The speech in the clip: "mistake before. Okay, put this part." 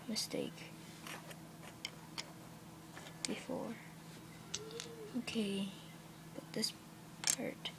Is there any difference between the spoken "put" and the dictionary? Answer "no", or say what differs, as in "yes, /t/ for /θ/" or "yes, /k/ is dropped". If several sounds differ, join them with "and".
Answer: yes, /b/ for /p/